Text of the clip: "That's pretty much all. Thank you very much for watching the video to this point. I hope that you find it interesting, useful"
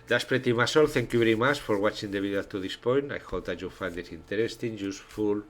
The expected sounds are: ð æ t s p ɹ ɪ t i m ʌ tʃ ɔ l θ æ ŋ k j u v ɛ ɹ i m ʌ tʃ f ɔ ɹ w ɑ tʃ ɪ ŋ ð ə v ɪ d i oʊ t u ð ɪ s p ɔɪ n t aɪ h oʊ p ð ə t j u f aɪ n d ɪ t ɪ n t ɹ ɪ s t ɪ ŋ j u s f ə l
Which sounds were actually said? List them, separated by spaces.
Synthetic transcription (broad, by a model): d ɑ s p ɹ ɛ t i m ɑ s ɔ l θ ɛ ŋ k j u b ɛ ɹ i m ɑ tʃ f ɔ ɹ w ɑ tʃ ɪ ŋ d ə b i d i t u ð ɪ s p ɔɪ n t aɪ h oʊ p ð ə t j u f aɪ n d ɪ t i n t ɹ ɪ s t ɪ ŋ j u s f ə l